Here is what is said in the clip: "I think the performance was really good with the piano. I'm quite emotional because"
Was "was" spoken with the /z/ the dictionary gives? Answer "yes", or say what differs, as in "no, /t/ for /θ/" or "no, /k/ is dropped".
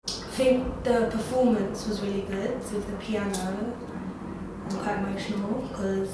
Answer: yes